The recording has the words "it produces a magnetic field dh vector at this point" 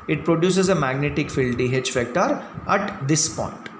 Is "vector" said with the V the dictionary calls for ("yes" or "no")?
no